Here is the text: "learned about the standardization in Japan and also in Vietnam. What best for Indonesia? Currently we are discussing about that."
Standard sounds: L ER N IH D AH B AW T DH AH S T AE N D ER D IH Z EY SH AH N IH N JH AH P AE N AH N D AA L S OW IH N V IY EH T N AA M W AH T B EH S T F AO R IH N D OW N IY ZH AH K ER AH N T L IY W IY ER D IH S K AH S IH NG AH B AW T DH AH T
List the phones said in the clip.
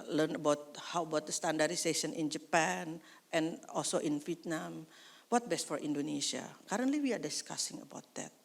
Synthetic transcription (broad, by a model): L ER N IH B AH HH AW T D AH S T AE N D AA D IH S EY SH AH N IH N JH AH P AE N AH N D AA L S OW IH N F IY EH T N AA M W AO T B EH S T F AO R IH N D OW N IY S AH K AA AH N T L IY W IY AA D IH S K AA S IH NG AH B AW T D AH T